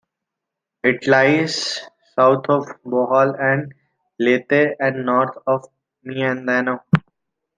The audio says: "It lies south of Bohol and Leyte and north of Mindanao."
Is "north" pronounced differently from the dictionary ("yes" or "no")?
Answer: yes